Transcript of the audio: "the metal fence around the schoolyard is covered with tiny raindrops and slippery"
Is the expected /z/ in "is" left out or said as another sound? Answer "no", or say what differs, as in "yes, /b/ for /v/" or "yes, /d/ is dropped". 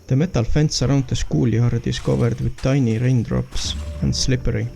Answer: yes, /s/ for /z/